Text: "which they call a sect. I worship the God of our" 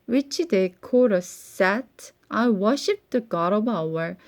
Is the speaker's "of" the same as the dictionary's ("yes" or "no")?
no